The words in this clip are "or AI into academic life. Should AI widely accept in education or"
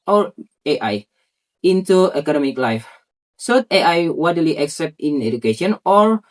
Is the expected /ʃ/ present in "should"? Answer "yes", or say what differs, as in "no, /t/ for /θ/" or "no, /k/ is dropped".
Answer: no, /s/ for /ʃ/